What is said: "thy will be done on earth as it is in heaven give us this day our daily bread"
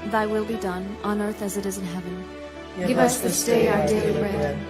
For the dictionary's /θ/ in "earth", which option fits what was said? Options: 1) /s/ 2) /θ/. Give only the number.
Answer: 2